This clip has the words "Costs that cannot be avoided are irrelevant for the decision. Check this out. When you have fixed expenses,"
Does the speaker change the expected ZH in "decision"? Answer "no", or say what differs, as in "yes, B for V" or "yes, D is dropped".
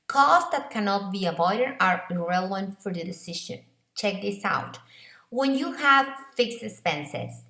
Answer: yes, SH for ZH